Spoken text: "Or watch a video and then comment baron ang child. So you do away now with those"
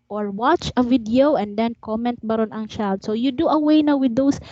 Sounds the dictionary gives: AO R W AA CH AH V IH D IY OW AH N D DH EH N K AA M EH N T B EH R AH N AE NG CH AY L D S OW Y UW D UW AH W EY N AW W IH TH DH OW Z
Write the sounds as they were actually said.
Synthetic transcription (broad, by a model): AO R W AA CH AH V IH D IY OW AH N D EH N K AA M EH N T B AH R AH N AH NG SH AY D S OW Y UW D UW AH W EY N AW W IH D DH OW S